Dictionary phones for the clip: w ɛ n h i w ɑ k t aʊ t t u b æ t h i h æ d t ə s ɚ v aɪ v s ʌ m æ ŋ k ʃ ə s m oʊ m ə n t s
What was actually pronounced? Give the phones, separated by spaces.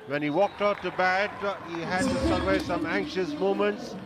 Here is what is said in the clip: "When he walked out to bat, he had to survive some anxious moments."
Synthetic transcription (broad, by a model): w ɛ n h i w ɑ k t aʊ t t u b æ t h i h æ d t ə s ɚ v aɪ s ʌ m æ ŋ k ʃ ə s m oʊ m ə n t s